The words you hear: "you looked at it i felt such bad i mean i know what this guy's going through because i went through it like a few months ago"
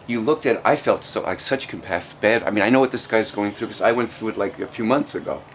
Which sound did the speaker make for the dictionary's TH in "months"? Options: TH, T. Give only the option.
TH